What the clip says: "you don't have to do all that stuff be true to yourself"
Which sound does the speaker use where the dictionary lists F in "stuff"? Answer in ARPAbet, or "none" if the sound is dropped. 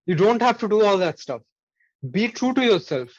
F